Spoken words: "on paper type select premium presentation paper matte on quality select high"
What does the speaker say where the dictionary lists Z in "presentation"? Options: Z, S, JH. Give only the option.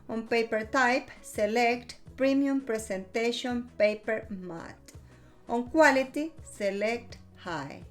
S